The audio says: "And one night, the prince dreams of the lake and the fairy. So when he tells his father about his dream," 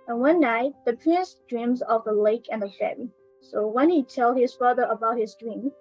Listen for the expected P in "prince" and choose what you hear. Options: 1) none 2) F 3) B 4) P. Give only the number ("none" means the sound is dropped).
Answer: 4